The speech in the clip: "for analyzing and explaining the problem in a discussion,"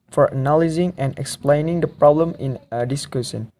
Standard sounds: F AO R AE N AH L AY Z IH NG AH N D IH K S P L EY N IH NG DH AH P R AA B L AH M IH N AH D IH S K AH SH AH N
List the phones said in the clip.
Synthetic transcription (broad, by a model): F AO R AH N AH L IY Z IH NG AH N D IH K S P L EY N IH NG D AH P R AA B L AH M IH N AH D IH S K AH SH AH N